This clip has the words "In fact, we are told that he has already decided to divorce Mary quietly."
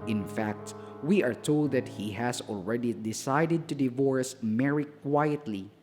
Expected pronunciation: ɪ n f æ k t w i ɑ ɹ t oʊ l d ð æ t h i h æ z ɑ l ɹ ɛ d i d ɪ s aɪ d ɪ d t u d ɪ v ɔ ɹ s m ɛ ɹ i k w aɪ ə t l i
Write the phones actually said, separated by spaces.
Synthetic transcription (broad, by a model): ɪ n f æ k t w i ɑ ɹ t oʊ l d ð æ t h i h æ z ɑ l ɹ ɛ d i d ɪ s aɪ d ɪ d t u d ɪ v ɔ ɹ s m ɛ ɹ i k w aɪ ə t l i